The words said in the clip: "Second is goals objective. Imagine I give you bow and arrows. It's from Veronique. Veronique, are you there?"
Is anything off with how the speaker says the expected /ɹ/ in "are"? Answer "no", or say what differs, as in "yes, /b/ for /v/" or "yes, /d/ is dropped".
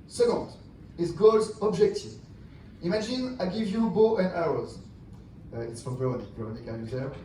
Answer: yes, /l/ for /ɹ/